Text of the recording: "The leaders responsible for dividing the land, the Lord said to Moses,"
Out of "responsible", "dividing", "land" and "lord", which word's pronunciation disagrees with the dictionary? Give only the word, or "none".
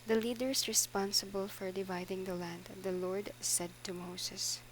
none